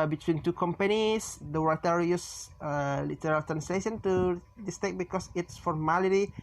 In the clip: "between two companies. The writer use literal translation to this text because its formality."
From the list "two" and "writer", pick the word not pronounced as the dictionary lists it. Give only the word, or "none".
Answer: writer